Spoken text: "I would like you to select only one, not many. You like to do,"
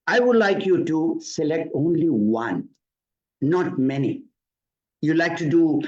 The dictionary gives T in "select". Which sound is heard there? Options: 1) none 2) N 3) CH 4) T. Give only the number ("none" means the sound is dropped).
4